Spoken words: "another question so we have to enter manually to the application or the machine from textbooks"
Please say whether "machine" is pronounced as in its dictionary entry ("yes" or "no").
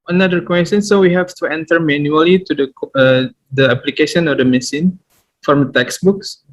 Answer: no